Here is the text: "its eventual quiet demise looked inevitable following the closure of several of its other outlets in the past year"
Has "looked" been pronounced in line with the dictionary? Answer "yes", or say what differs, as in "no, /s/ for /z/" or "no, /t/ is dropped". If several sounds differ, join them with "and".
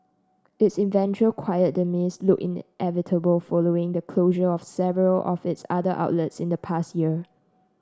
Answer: no, /t/ is dropped